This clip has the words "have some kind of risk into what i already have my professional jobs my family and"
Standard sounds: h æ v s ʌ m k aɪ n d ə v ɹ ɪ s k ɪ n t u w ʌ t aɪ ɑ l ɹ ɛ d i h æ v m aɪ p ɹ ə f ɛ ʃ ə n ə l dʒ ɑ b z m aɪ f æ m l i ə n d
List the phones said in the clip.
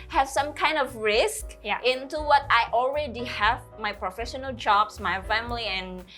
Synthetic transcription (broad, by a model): h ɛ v s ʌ m k aɪ n d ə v ɹ ɪ s k ɪ n t u w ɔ t aɪ ɑ l ɹ ɛ d i h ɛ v m aɪ p ɹ ə f ɛ ʃ ə n ə l dʒ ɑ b s m aɪ f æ m l i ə n